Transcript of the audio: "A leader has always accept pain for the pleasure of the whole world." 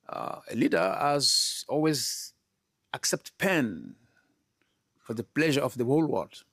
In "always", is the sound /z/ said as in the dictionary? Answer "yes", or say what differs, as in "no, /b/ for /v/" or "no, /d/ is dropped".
yes